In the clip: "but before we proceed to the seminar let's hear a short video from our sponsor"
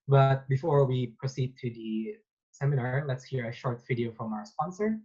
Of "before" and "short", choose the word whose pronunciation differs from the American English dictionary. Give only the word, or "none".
none